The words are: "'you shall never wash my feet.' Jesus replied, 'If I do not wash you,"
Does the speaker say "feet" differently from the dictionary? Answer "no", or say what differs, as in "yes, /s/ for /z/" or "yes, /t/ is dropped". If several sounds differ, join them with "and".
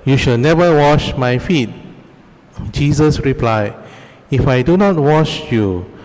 no